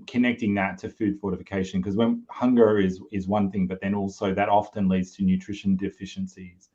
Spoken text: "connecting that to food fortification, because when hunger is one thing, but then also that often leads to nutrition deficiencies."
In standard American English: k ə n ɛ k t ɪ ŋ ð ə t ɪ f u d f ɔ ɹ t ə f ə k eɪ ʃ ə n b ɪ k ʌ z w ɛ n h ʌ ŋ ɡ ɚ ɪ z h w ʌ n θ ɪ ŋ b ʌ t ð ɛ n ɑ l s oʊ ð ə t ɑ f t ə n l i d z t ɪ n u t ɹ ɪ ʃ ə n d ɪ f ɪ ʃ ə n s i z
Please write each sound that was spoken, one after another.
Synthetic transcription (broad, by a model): k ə n ɛ k t ɪ ŋ ð ə t ɪ f u d f ɔ ɹ t ə f ə k eɪ ʃ ə n k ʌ z w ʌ n h ʌ ŋ ɡ ɚ ɪ z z w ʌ n θ ɪ ŋ b ʌ t ð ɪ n ɑ l s oʊ ð ə t ɑ f t ə n l i d z t ɪ n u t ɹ ɪ ʃ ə n d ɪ f ɪ ʃ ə n s i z